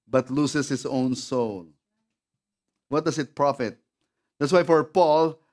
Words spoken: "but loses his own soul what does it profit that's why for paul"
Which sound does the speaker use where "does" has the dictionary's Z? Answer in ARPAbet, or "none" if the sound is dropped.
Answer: S